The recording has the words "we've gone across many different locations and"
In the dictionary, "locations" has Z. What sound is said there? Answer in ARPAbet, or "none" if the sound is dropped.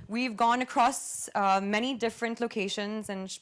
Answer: Z